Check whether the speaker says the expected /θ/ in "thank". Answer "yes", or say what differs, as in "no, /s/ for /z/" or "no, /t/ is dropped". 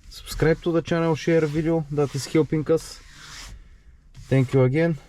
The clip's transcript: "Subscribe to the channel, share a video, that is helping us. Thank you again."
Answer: no, /t/ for /θ/